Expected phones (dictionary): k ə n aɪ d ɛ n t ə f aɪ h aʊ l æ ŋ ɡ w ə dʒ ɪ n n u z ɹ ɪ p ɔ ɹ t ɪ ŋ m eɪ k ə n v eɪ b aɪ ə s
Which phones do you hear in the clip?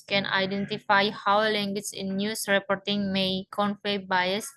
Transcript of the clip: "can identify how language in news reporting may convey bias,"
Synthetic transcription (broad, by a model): k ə n aɪ d ɛ n t ə f aɪ h aʊ l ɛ ŋ ɡ w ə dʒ ɪ n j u s ɹ ɪ p ɔ ɹ t ɪ ŋ m eɪ k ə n f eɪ b aɪ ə s